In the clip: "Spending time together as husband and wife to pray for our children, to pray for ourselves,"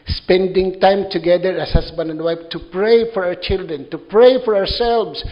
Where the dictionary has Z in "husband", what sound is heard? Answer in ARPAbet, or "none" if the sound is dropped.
S